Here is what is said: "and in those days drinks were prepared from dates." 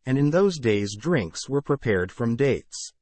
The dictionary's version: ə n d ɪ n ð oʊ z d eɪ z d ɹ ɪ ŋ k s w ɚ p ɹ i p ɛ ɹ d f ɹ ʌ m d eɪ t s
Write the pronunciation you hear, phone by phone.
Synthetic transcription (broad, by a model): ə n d ɪ n ð oʊ z d eɪ z d ɹ ɪ ŋ k s w ɚ p ɹ i p ɛ ɹ d f ɹ ʌ m d eɪ t s